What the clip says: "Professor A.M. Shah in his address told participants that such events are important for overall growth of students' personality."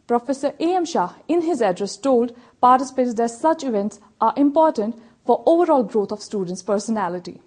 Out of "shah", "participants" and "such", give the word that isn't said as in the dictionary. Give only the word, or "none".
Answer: participants